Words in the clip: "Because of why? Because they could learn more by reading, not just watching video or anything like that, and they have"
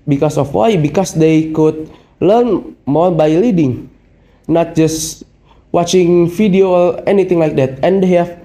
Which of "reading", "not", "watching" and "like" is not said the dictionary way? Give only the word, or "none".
reading